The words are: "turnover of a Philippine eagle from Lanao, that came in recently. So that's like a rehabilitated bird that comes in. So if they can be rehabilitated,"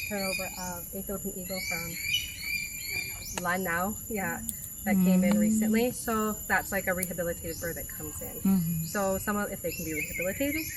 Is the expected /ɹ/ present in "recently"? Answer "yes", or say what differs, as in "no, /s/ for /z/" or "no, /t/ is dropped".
no, /l/ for /ɹ/